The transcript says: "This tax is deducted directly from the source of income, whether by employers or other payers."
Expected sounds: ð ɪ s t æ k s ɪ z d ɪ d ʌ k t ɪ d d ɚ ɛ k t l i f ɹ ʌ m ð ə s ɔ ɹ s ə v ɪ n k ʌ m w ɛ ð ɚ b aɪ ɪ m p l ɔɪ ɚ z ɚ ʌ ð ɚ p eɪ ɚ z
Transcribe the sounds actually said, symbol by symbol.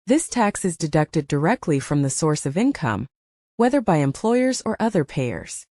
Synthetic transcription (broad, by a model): ð ɪ s t æ k s ɪ z d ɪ d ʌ k t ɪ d d ɚ ɛ k t l i f ɹ ʌ m ð ə s ɔ ɹ s ə v ɪ n k ʌ m w ɛ ð ɚ b aɪ ɪ m p l ɔɪ ɚ z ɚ ʌ ð ɚ p eɪ ɚ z